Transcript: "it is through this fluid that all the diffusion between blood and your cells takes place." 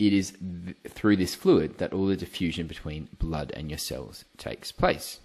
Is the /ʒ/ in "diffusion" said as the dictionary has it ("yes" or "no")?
yes